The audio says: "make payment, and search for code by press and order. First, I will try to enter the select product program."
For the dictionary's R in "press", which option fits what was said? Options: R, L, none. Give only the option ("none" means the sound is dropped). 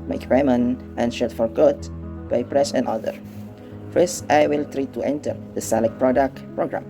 R